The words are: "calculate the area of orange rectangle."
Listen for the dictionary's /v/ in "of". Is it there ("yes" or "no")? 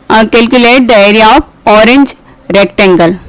no